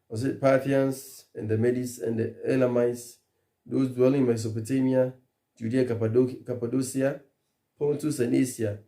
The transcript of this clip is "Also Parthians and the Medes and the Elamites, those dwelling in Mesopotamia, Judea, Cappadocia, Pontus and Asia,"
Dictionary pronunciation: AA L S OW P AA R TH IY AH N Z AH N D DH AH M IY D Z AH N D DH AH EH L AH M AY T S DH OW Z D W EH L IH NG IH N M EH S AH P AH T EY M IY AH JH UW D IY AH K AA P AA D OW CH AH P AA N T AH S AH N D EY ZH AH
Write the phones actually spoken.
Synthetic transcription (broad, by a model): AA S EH P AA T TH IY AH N S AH N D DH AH M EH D S AH N D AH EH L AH M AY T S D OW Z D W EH L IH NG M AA S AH P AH T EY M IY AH JH UW D IY AH K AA P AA D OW S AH P AA N T AH S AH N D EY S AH